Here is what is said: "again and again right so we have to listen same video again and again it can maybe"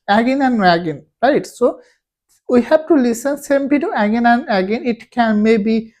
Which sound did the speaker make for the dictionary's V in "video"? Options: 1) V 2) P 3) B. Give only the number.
2